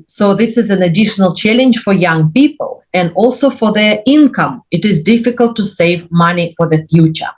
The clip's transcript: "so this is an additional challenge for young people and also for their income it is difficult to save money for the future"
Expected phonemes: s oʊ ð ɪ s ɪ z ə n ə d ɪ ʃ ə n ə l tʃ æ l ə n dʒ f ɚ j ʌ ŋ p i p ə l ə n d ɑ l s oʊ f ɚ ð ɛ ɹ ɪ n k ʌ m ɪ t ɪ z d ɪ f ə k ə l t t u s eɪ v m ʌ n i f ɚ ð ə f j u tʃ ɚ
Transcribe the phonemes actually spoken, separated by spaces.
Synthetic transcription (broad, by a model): s oʊ ð ɪ s ɪ z ə n ə d ɪ ʃ ə n ə l tʃ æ l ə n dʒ f ɚ j ʌ ŋ p i p ə l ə n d ɑ l s oʊ f ɚ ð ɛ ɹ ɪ n k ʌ m ɪ t ɪ z d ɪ f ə k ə l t t u s eɪ v m ʌ n i f ɚ ð ə f j u tʃ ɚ